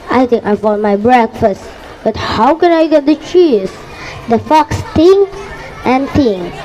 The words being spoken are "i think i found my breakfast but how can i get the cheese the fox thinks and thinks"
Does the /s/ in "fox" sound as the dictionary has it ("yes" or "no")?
yes